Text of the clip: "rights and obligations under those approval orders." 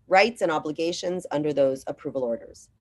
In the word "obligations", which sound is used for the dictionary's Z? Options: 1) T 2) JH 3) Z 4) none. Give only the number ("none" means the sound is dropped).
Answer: 3